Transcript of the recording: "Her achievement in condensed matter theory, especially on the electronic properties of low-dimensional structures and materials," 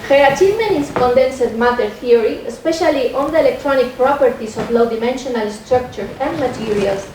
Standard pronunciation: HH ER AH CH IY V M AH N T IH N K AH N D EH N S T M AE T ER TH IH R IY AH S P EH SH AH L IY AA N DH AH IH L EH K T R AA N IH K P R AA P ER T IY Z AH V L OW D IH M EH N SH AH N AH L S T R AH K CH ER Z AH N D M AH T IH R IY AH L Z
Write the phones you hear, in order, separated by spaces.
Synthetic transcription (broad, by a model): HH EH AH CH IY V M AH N IH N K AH N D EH N S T M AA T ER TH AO R IY AH S P EH SH AH L IY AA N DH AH IH L EH K T R AA N IH K P R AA P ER T IY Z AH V L OW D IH M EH N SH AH N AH L S T R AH K CH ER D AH N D M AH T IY R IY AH L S